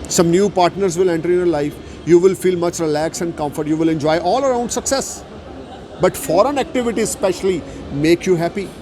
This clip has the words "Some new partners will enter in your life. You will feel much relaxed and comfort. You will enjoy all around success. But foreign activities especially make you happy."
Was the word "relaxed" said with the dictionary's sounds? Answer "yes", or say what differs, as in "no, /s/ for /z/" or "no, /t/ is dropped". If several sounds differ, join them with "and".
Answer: no, /t/ is dropped